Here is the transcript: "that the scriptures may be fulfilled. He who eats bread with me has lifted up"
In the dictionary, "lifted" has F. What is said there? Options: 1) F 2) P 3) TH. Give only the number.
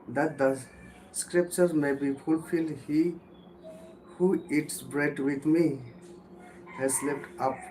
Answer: 2